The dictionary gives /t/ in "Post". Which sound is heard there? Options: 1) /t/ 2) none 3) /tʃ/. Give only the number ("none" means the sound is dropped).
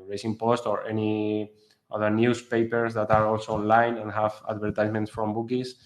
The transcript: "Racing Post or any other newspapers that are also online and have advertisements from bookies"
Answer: 1